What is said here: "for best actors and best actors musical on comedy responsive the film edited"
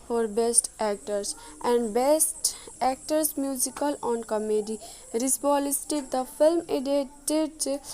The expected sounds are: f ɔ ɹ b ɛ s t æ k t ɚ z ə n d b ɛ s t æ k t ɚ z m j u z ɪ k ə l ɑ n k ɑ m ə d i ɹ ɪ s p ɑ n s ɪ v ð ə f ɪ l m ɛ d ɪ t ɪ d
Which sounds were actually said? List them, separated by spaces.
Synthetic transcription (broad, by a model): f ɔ ɹ b ɛ s t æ k t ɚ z ə n d b ɛ s t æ k t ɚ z m j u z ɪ k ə l ɑ n k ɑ m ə d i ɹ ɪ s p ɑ l s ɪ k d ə f ɪ l m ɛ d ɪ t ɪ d